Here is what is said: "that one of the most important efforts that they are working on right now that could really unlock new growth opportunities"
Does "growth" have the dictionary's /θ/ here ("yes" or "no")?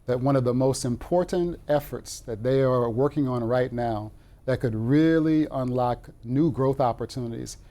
yes